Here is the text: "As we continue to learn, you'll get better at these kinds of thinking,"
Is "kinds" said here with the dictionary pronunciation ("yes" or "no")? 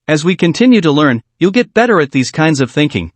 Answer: yes